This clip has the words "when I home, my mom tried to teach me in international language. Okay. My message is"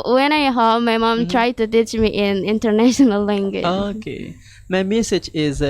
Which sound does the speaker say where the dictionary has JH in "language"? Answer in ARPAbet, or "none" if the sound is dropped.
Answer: none